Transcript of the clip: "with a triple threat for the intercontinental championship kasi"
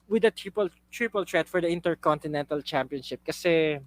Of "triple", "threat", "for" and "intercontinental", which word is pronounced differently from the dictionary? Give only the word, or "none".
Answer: threat